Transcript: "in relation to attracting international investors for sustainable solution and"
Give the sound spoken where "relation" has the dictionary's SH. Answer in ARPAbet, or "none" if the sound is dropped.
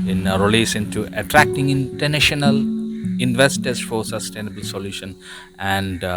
S